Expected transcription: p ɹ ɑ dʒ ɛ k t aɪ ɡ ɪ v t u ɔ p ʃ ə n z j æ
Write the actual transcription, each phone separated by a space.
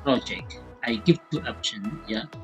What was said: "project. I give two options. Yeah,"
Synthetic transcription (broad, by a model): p ɹ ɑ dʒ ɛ k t aɪ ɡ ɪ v t u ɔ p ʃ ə n j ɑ